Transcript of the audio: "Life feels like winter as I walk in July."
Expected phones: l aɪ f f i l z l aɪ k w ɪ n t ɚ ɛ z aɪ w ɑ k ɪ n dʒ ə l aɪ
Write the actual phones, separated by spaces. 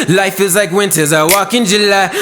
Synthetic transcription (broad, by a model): l aɪ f f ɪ z l aɪ k w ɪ n t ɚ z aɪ w ɑ k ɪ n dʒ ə l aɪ